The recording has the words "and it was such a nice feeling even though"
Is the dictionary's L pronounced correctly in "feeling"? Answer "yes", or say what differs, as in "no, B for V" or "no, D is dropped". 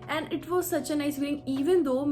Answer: no, L is dropped